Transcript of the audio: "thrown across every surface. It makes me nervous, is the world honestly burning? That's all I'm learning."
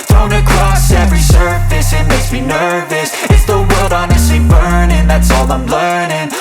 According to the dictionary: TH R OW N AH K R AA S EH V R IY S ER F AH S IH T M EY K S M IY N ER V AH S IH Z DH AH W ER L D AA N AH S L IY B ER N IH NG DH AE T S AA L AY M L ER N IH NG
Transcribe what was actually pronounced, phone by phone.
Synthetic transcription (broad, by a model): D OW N AH K R AA S EH V R IY S ER F AH S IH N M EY S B IY N ER V AH S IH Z DH AH W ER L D AA N AH S L IY B ER N IH NG DH AE T S AA L AY M L ER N IH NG